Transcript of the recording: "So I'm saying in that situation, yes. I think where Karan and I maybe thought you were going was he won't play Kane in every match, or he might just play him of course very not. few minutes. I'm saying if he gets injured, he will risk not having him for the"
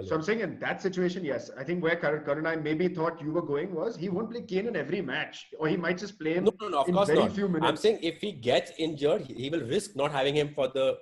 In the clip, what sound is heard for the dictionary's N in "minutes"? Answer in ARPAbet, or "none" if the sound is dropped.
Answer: none